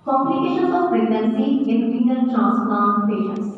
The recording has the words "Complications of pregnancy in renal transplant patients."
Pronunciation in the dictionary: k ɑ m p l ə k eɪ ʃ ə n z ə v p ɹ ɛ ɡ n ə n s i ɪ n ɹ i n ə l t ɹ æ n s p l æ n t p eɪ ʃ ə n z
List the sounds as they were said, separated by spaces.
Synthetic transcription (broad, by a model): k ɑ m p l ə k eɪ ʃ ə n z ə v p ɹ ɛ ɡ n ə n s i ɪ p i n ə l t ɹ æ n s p ɑ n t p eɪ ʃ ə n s